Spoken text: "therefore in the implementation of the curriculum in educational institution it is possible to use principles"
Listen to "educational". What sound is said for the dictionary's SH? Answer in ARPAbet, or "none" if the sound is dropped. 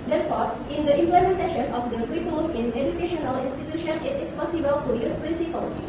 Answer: SH